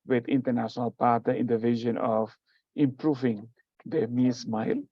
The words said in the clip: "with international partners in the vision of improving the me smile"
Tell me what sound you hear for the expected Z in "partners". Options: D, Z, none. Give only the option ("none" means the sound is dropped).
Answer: none